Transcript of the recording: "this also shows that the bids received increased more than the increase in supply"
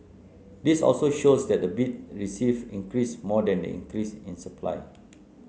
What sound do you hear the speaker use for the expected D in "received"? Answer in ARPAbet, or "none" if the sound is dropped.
none